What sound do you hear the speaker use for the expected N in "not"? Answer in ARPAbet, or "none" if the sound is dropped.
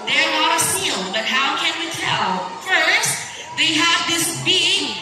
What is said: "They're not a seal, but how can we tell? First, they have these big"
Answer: L